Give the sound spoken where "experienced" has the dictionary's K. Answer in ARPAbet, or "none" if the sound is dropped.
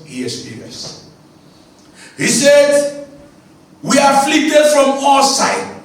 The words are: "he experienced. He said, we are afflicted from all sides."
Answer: none